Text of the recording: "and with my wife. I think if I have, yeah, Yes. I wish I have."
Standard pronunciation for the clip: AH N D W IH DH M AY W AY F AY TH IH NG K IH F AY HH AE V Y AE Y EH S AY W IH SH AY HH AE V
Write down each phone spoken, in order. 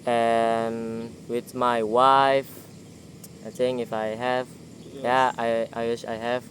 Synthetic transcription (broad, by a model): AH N W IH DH M AY W AY F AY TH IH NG IH F AY HH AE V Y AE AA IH AY W IH SH AY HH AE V